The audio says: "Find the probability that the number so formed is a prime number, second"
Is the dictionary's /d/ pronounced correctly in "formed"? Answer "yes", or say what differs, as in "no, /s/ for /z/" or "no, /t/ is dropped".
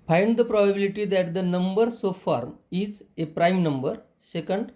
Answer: no, /d/ is dropped